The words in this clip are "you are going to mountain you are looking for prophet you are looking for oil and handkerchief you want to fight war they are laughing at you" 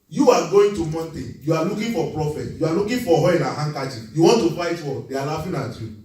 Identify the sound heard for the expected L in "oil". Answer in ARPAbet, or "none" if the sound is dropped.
N